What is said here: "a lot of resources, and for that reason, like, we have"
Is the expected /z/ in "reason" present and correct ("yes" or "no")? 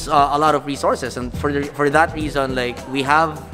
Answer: yes